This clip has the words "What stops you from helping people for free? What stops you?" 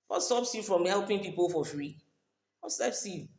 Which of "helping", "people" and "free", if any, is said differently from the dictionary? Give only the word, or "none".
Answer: none